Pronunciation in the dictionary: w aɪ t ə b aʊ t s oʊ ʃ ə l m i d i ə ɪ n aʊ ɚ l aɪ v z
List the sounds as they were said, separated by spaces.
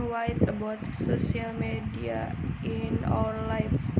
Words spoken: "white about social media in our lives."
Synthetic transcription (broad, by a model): w aɪ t ə b aʊ t s oʊ s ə l m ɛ d i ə ɪ n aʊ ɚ l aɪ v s